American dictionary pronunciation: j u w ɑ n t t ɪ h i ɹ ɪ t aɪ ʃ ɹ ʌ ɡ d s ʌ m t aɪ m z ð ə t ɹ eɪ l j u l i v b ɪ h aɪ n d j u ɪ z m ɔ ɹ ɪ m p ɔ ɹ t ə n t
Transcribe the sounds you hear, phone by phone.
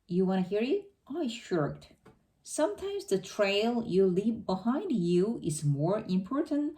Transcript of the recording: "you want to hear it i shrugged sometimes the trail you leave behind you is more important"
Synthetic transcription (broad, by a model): j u w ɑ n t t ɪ h i ɹ ɪ t aɪ ʃ ʌ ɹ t s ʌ m t aɪ m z ð ə t ɹ eɪ l j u l i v b ɪ h aɪ n d j u ɪ z m ɔ ɹ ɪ m p ɔ ɹ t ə n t